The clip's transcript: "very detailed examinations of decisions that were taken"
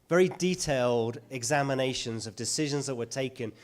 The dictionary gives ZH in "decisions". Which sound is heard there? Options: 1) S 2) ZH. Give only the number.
2